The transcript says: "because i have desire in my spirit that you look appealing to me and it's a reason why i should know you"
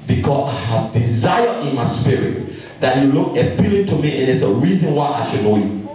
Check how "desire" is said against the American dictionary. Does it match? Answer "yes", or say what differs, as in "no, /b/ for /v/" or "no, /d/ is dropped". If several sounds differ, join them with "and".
yes